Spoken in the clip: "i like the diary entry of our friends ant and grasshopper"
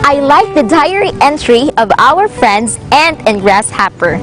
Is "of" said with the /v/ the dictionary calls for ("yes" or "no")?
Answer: yes